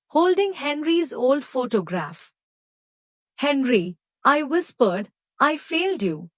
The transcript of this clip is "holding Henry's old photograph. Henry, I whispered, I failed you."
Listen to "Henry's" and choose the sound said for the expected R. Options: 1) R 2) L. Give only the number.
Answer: 1